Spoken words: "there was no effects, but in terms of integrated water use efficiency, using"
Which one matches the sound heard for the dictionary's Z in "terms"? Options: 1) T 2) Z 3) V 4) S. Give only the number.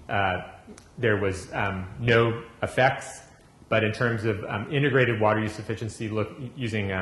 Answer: 2